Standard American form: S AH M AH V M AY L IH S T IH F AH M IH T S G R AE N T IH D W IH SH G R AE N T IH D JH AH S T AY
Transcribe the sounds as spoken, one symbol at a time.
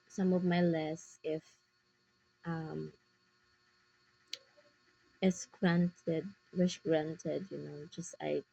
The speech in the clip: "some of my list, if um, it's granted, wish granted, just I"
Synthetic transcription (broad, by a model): S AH M AH V M AY L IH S IH F AH M IH T S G R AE N T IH D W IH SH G R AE N T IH D JH AH S T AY